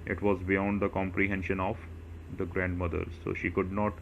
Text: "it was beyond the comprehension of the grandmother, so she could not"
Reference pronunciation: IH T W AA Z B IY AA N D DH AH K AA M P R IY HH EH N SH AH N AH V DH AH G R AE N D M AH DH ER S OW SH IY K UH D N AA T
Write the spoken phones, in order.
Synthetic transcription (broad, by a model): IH T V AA Z B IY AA N D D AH K AA M P R IY HH EH N SH AH N AH V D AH G R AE N D M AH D ER S OW SH IY K UH D N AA T